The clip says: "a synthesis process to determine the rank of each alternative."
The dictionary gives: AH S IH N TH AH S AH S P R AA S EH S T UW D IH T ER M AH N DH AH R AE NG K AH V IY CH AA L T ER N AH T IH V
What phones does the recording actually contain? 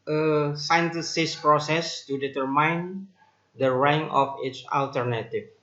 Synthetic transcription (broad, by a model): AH S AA N T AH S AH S P R AA S EH S T UW D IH T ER M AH N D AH R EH NG AH F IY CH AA L T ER N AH T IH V